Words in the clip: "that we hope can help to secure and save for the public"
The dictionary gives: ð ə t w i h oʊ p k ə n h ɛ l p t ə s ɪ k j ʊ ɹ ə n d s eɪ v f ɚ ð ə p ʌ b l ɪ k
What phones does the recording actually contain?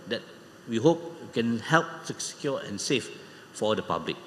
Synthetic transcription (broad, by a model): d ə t w i h oʊ p k ə n h ɛ l p s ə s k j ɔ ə n s eɪ f f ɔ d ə p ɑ b l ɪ k